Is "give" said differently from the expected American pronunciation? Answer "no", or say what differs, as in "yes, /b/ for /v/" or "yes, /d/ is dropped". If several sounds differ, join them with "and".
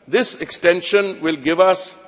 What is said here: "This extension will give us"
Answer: no